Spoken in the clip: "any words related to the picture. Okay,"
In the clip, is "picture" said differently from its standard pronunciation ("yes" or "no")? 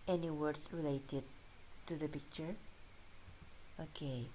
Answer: no